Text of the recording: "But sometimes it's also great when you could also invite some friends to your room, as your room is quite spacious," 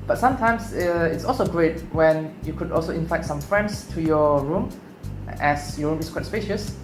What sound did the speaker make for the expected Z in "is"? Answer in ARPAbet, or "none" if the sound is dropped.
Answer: S